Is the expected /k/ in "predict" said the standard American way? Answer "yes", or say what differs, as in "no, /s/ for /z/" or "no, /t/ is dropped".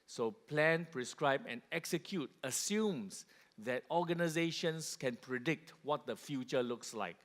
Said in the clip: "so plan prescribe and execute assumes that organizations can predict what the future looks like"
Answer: yes